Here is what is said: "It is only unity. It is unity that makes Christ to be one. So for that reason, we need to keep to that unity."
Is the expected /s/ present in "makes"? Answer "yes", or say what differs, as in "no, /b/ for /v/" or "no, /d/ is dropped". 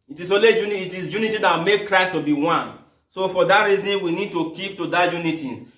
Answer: no, /s/ is dropped